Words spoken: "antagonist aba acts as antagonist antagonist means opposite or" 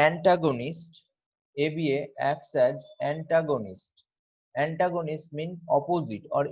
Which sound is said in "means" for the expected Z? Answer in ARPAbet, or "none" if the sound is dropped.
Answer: none